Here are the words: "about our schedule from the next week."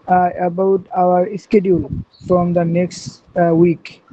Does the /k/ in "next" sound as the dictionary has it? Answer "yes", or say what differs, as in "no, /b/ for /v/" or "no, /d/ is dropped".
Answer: yes